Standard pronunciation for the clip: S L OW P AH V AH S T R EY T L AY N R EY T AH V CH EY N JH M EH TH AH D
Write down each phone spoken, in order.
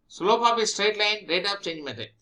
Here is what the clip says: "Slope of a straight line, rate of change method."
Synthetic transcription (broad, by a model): S L OW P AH P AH S T R EY T L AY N R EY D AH P CH EY N JH M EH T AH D